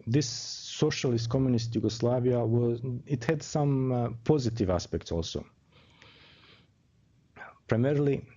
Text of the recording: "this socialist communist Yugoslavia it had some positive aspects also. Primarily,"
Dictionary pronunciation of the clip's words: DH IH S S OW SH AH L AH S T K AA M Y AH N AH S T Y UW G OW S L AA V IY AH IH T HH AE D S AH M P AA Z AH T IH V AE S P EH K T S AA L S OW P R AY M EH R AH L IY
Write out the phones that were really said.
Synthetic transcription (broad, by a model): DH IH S S OW SH AH L AH S T K AA M Y AH N AH S T Y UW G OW S L AA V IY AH IH T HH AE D S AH M P AA Z AH T IH V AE S P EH K T S AA L S OW P R AY M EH R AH L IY